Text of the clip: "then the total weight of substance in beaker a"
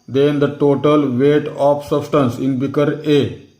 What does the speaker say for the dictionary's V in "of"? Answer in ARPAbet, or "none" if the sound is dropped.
P